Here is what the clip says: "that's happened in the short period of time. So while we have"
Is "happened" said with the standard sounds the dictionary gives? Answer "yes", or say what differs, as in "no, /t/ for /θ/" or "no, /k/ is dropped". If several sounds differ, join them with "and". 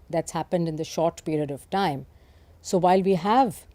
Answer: yes